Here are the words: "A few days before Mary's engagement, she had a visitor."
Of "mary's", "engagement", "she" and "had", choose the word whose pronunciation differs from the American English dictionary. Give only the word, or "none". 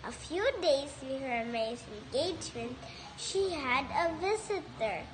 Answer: mary's